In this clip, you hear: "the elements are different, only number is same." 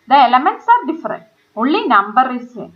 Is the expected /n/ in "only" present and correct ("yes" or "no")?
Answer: no